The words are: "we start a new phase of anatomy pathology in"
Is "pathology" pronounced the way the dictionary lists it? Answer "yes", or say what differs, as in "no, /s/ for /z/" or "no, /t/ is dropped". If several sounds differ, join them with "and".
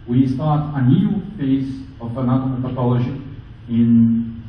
no, /ʃ/ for /dʒ/